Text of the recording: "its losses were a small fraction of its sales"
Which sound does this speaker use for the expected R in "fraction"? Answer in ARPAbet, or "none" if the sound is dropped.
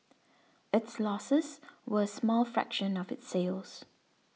R